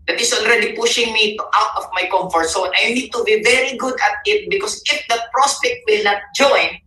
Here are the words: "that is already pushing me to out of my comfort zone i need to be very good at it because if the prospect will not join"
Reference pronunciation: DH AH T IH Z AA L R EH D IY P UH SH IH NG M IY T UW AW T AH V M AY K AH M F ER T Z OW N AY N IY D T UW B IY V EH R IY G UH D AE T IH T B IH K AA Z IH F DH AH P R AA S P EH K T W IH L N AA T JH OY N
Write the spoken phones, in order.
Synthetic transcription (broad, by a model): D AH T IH S AA L R EH D IY P UH SH IH NG M IY T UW AW T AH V M AY K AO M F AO T S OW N AY N IY D T UW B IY V EH R IY G UH D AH T IH T B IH K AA S IH F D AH P R AA S P EH K T W IH L N AA T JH OY N